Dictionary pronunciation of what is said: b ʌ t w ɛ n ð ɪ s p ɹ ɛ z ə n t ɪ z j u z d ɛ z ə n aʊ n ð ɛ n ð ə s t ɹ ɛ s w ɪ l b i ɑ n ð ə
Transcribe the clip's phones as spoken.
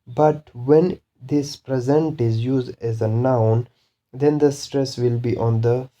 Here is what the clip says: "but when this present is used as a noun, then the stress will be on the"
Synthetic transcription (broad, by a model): b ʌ t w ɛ n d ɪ s p ɹ ɛ z ə n t ɪ z j u z d ɛ z ə n aʊ n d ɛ n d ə s t ɹ ɛ s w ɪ l b i ɑ n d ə